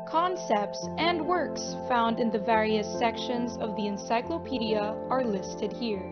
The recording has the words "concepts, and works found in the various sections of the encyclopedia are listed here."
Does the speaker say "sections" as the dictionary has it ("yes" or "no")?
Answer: yes